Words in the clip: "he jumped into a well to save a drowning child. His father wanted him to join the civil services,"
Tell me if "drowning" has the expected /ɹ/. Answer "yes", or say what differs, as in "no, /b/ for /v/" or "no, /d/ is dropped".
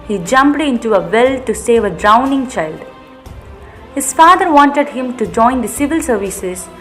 yes